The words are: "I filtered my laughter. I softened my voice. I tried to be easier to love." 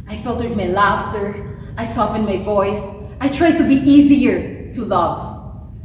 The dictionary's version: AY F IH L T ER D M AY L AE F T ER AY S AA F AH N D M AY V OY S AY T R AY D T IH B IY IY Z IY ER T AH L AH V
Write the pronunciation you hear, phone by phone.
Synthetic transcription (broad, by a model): AY F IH L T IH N M AY L AE F T ER AY S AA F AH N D M AY V OY S AY T R AY D T IH B IY IY Z IY ER T AH L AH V